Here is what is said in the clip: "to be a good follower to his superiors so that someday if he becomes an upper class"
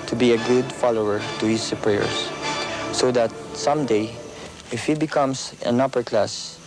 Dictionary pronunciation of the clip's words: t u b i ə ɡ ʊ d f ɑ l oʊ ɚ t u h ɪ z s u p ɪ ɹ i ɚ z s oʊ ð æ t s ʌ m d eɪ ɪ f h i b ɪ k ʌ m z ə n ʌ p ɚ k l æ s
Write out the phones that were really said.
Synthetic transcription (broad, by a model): t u b i ə ɡ ʊ d f ɑ l oʊ ɚ t u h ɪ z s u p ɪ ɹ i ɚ s oʊ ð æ t s ʌ m d eɪ ɪ f h i b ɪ k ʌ m s ə n ʌ p ɚ k l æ s